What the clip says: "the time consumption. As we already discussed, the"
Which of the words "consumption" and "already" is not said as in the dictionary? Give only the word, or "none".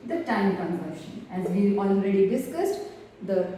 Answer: consumption